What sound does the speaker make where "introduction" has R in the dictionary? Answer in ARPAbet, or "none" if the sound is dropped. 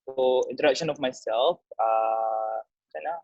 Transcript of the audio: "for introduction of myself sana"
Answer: none